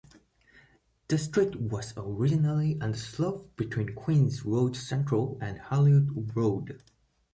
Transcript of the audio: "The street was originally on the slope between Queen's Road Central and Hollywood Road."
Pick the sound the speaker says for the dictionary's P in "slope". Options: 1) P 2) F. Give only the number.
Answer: 2